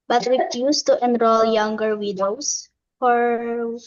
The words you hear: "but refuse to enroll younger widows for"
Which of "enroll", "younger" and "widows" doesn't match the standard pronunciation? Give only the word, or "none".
widows